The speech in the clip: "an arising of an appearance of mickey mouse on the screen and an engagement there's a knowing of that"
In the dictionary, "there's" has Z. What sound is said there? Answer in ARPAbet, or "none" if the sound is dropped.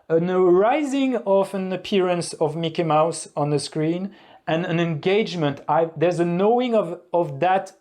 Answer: Z